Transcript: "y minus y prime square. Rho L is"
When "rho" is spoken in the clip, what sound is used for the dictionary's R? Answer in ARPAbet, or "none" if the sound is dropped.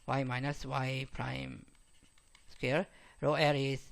R